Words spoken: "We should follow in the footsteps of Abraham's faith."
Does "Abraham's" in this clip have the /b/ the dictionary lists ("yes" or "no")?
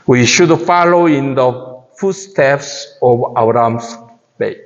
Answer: no